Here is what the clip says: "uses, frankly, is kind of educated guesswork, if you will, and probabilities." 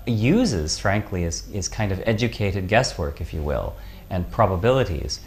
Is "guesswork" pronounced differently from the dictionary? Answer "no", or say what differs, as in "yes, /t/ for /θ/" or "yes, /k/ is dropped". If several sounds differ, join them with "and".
no